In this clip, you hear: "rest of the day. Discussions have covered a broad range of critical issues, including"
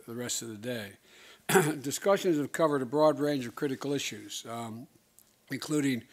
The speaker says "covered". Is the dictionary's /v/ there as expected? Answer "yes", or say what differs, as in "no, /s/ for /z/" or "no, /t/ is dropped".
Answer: yes